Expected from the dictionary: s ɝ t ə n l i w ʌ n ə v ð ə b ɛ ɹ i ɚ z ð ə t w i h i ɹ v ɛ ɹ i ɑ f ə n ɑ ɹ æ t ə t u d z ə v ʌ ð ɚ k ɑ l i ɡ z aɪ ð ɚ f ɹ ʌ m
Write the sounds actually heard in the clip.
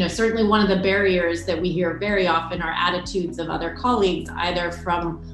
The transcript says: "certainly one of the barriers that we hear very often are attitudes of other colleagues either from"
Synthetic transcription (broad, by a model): s ɝ t n l i w ʌ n ə v ð ə b ɛ ɹ i ɚ z ð ə t w i h i ɹ v ɛ ɹ i ɑ f ə n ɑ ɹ æ t ə t u d z ə v ʌ ð ɚ k ɑ l i ɡ z aɪ ð ɚ f ɹ ʌ m